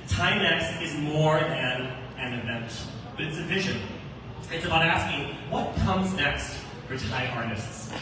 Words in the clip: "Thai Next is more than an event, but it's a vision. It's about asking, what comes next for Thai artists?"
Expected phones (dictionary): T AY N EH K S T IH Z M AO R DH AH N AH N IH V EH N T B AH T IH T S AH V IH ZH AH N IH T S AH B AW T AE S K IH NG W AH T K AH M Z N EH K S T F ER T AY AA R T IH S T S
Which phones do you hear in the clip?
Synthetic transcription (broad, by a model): T AY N EH K S T IH Z M AO R DH AH N AH N IH V EH N T B AH T IH T S AH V IH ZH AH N IH T S AH B AW T AE S K IH NG W AH T K AH M Z N EH K S T F ER T AY AA R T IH S T S